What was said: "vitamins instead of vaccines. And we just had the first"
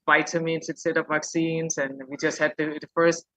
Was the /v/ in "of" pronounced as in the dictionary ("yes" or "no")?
no